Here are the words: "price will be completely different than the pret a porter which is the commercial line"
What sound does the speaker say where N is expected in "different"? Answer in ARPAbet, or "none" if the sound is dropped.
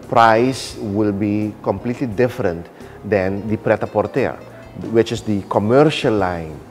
N